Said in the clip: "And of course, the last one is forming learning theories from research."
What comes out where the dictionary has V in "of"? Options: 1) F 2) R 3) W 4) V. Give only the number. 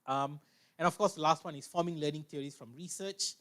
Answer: 1